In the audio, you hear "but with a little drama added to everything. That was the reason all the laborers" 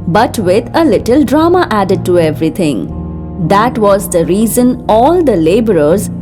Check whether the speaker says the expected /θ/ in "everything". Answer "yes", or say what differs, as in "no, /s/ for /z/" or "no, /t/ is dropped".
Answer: no, /t/ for /θ/